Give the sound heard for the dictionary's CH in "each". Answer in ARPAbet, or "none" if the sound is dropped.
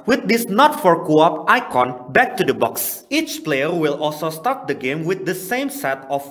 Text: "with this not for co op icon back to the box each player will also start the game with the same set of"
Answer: CH